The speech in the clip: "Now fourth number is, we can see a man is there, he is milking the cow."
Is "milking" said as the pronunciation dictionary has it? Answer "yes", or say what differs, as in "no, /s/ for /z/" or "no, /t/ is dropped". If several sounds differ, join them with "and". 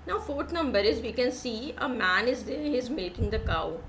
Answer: no, /l/ is dropped